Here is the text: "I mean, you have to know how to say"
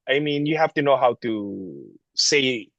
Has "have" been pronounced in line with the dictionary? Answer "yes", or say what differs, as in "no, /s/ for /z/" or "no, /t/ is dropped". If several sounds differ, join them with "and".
no, /f/ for /v/